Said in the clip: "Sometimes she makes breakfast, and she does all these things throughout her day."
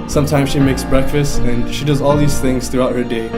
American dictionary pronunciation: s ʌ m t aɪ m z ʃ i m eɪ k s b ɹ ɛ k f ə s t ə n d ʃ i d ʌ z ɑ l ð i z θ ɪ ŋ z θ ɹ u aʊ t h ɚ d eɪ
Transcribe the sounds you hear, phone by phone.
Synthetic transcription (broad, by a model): s ʌ m t aɪ m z ʃ i m eɪ k s b ɹ ɛ k f ə s t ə n ʃ i d ʌ z ɑ l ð i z θ ɪ ŋ z θ ɹ u aʊ t h ɚ d eɪ